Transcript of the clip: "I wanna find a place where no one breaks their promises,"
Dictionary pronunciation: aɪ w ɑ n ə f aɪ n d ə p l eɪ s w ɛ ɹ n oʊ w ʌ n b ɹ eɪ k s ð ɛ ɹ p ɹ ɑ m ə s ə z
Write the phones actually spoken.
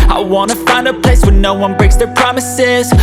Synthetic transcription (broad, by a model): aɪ w ɑ n ə f aɪ n d ə p l eɪ s w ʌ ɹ n oʊ w ʌ n b ɹ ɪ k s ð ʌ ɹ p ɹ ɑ m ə s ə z